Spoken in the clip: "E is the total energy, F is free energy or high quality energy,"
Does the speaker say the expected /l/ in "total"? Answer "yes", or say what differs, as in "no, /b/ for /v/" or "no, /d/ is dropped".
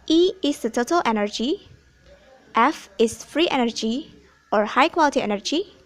yes